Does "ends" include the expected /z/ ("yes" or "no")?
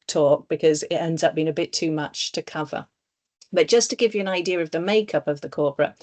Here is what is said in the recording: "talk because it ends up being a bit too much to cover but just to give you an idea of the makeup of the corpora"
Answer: yes